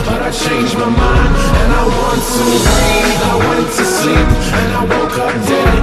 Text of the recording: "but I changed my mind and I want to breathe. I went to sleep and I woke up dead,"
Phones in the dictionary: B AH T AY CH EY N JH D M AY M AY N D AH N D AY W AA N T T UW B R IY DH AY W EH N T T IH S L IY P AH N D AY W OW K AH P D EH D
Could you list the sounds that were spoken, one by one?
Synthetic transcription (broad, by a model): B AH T AY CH EY N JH M AY M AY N AH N AY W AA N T T UW AY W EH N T T IH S IY AH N AY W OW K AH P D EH